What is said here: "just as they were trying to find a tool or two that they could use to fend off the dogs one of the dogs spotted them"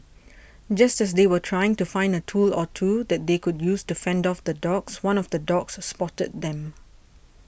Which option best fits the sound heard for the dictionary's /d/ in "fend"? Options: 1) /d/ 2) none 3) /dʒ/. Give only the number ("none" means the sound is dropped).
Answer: 1